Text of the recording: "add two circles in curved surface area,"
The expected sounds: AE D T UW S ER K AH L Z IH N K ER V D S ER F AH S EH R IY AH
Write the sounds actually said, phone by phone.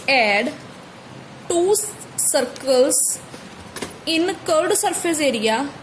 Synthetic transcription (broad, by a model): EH D T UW S ER K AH L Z IH N K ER D S ER P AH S EH R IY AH